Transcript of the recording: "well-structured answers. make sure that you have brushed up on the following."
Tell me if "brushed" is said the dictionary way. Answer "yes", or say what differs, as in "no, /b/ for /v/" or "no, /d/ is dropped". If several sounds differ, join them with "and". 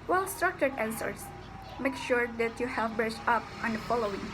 no, /s/ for /ʃ/